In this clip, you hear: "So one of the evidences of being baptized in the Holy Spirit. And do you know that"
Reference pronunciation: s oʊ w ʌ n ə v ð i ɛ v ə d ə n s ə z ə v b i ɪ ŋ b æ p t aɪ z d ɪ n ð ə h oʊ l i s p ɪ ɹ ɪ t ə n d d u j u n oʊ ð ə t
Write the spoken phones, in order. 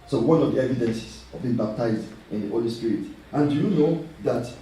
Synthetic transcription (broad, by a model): s oʊ w ʌ n ə v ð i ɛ v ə d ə n s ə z ə v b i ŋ b æ p t aɪ z d ɪ n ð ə h oʊ l i s p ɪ ɹ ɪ t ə n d d u j u n oʊ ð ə t